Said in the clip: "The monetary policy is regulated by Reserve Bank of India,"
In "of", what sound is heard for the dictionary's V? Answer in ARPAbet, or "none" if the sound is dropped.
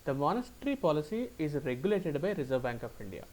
P